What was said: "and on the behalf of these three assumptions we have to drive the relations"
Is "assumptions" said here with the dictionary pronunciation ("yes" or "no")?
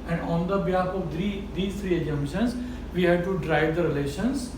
no